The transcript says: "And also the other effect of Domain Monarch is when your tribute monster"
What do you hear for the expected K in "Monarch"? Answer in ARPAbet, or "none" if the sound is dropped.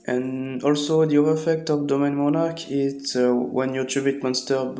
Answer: K